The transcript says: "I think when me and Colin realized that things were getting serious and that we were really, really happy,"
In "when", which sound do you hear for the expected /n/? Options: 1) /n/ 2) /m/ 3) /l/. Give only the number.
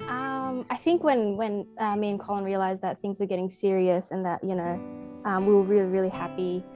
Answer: 1